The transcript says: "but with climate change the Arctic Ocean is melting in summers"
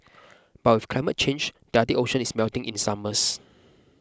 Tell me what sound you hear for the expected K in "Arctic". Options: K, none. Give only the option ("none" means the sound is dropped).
none